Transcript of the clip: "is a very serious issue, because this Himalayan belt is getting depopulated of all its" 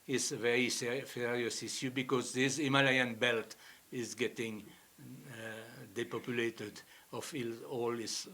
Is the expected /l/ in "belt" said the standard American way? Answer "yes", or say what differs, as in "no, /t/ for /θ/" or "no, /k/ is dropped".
yes